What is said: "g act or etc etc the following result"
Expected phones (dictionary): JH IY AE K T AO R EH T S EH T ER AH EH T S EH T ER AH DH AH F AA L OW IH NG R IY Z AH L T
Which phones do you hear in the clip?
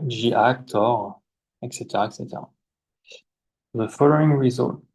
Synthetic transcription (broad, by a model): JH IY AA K T AO R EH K S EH T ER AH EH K S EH T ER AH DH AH F AA L OW IH NG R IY Z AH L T